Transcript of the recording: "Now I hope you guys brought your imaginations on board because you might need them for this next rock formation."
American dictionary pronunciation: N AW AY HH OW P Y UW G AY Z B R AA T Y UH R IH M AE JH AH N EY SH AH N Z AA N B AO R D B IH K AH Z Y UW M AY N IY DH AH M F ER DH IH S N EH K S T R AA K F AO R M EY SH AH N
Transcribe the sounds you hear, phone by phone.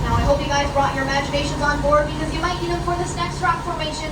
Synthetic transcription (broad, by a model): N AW AY HH OW P Y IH G AY Z B R AA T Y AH R IH M AE JH AH N EY SH AH N Z AA N B AO R D B IH K AH Z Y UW M AY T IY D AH F ER DH IH S N EH K S T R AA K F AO R M EY SH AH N